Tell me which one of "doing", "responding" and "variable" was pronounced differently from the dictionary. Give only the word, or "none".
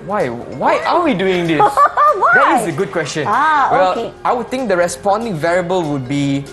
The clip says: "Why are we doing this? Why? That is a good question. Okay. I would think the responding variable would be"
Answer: none